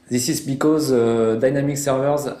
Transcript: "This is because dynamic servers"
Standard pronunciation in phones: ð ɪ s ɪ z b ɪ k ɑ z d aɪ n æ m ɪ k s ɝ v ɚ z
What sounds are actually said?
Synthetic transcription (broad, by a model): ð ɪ s ɪ z b ɪ k ɑ z d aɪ n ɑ m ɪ k s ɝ v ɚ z